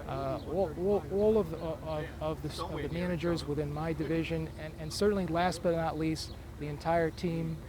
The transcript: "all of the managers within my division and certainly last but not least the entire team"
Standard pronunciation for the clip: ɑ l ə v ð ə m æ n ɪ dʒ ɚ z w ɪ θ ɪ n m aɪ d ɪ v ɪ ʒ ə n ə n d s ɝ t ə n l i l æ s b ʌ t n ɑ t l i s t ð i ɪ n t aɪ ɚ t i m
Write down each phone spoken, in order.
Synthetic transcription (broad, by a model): ɑ l ə v ð ə m æ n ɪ dʒ ɚ z w ɪ θ ɪ n m aɪ d ɪ v ɪ ʒ ə n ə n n s ɝ t n l i l æ s b ʌ t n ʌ t l i s t ð i ɪ n t aɪ ɚ t i m